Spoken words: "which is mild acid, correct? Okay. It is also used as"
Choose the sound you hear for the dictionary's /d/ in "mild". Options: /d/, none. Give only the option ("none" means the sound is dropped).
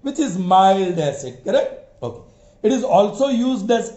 /d/